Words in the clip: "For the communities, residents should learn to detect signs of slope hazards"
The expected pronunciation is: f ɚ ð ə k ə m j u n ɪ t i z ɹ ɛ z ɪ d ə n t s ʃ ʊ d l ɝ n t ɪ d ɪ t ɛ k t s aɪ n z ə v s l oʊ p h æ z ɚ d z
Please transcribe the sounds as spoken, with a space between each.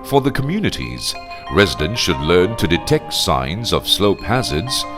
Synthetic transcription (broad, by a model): f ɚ ð ə k ə m j u n ɪ t i z ɹ ɛ z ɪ d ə n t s ʃ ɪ d l ɝ n t ɪ d ɪ t ɛ k t s aɪ n z ə v s l oʊ p h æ z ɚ d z